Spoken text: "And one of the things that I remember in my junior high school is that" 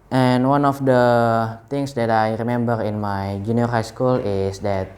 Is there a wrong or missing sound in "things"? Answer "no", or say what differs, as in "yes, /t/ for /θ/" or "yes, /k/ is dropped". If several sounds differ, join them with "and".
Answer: yes, /t/ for /θ/